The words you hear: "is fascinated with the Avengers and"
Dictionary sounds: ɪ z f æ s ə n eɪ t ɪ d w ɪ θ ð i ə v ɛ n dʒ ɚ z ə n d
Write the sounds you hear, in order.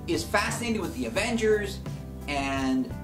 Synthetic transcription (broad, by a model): ɪ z f æ s ə n eɪ t ɪ d w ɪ ð i ə v ɛ n dʒ ɚ z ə n